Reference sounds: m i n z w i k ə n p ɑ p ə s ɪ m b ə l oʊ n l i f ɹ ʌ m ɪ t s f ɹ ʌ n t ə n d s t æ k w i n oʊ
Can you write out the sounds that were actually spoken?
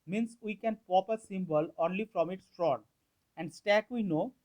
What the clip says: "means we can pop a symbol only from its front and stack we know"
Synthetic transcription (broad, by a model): m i n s w i k ə n p ɑ p ə s ɪ m b ə l oʊ n l i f ɹ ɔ m ɪ t s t ɹ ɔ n ə n d s t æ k w i n oʊ